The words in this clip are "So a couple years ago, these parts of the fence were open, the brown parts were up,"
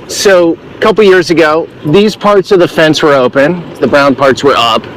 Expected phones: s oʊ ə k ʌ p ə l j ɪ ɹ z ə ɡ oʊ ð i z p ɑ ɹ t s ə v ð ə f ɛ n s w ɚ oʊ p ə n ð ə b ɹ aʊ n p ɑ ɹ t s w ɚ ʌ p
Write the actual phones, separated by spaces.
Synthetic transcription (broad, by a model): s oʊ ə k ʌ p l j ɪ ɹ z ə ɡ oʊ ð i z p ɑ ɹ t s ə v ð ə f ɛ n s w ɚ oʊ p ə n ð ə b ɹ aʊ n p ɑ ɹ t s w ɚ ʌ p